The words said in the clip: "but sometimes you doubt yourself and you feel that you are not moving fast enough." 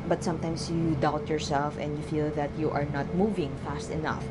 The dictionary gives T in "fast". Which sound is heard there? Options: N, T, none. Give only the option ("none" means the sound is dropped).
T